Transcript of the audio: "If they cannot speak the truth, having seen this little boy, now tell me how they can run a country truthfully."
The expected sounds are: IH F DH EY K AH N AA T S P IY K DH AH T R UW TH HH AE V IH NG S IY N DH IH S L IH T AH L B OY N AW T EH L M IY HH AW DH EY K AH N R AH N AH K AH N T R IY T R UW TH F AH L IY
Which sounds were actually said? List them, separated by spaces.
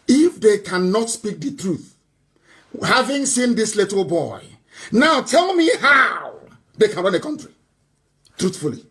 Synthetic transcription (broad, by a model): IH F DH EY K AH N AA T S P IY K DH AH T R UW TH HH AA V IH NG S IY N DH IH S L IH T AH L B OY N AW T EH L M IY HH AW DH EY K AH N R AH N AH K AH N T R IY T R UW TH F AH L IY